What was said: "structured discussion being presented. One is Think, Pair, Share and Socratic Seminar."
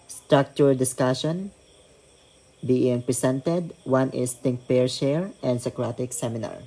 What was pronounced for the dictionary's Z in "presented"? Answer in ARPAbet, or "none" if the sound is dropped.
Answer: S